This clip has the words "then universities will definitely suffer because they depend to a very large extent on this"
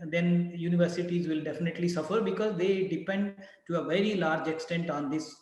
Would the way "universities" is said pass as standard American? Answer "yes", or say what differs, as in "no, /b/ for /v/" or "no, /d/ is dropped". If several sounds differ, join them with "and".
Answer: yes